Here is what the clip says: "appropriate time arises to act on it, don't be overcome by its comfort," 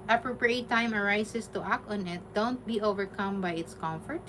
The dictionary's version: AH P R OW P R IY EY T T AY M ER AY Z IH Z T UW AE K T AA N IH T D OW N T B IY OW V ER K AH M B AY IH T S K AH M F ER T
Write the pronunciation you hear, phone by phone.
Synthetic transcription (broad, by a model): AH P R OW P R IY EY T T AY M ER AY S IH S T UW AE K T AA N IH T D OW N T B IY OW V ER K AH M B AY IH T S K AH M F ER T